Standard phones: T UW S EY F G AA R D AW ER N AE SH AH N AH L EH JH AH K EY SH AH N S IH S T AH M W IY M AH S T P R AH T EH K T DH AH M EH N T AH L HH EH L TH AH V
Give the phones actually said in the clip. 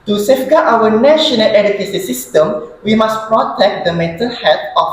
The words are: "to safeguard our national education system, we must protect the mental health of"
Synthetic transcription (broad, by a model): T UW S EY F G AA AW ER N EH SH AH N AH L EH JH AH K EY S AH S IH S T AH M W IY M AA S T P R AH T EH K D AH M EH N T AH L HH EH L T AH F